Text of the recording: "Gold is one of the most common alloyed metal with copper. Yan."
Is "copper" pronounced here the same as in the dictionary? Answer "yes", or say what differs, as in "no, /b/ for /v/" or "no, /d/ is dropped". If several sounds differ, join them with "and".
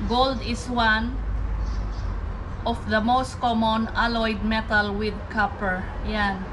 yes